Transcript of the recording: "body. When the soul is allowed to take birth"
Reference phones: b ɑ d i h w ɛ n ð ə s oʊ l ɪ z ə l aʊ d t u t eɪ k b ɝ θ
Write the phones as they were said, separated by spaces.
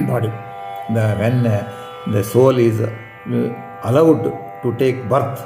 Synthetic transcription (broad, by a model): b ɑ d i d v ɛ n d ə s oʊ l ɪ z ə l aʊ d t u t eɪ k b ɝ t